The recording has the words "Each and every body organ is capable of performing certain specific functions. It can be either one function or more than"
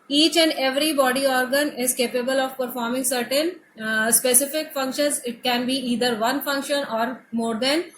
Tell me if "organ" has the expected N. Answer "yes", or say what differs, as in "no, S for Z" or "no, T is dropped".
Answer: yes